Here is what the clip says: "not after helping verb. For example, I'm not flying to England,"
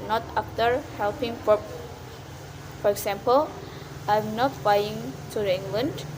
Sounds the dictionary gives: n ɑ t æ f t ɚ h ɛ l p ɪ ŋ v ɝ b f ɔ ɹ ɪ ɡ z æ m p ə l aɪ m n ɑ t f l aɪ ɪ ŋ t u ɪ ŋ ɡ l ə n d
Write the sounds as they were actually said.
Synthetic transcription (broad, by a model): n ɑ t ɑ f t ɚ h ɛ l p ɪ ŋ f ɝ f ɔ ɹ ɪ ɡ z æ m p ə l aɪ m n ɑ t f aɪ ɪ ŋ t u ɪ ŋ ɡ l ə n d